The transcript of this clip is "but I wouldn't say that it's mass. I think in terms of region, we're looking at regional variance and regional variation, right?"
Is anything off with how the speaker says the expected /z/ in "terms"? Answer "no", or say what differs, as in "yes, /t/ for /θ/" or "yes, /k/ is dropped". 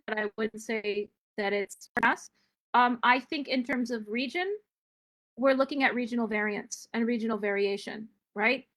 no